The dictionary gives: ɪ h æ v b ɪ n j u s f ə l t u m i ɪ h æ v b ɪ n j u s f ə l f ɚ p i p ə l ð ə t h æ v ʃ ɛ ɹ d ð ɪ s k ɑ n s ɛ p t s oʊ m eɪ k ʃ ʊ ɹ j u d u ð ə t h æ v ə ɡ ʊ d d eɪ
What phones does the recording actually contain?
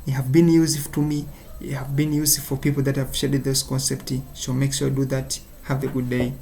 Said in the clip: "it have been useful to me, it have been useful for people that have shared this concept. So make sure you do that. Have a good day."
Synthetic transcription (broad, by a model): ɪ h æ v b ɪ n j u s ə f t u m i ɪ h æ v b ɪ n j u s ə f f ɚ p i p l ð ə t h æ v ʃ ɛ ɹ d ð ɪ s k ɑ n s ɛ p t ʃ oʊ m eɪ k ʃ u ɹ d u ð ə t h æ v ə ɡ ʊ d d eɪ